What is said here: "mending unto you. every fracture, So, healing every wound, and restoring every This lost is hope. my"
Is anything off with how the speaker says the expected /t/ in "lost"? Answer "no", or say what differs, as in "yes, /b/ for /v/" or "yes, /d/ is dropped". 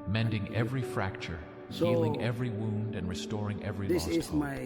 yes, /t/ is dropped